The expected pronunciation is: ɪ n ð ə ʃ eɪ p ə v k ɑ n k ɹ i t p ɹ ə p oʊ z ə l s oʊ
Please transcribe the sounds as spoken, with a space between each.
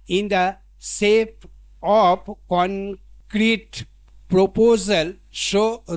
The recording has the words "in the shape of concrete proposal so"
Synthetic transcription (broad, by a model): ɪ n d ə s eɪ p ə p k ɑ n k ɹ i t p ɹ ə p oʊ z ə l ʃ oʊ